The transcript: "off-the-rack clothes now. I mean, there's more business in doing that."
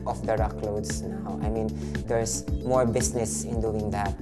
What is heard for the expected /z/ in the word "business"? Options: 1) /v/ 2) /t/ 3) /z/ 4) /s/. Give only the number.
4